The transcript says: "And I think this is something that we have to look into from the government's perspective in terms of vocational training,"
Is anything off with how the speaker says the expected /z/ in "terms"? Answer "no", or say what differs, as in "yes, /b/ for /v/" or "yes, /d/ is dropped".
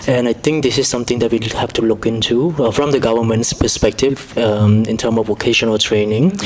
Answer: yes, /z/ is dropped